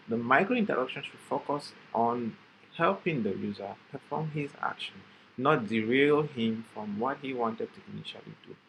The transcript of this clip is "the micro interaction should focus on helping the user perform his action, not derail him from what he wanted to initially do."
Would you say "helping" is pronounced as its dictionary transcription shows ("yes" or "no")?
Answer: yes